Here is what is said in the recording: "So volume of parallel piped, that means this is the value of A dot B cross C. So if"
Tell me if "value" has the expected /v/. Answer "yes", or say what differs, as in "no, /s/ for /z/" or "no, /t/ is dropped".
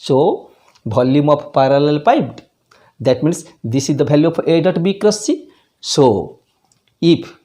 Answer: no, /b/ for /v/